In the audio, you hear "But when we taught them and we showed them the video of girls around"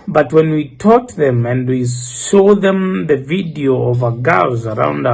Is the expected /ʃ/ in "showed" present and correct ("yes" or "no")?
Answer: no